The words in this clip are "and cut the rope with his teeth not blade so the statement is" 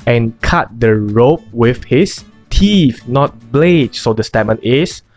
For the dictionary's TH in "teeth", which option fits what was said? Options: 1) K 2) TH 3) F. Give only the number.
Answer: 3